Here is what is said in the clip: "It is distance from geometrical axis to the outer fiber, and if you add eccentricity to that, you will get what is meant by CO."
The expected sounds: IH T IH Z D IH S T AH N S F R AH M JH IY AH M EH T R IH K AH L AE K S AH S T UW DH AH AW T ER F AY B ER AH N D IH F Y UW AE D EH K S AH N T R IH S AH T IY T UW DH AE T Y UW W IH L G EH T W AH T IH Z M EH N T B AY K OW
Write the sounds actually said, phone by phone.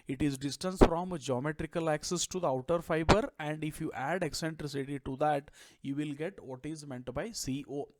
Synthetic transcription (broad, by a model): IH T IH Z D IH S T AH N S F R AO M JH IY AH M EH T R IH K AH L AE K S AH S T UW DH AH AW T ER F AY B ER AH N D IH F Y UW AE D EH K S AH N T R IH S AH T IY T UW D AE T Y UW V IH L G EH T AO T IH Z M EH N T B AY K OW